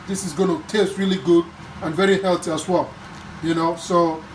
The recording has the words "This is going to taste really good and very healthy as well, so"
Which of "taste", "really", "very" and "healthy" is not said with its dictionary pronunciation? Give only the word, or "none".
healthy